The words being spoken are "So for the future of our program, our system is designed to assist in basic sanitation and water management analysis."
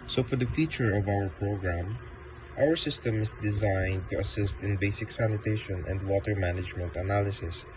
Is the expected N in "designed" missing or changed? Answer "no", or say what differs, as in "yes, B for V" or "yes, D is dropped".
no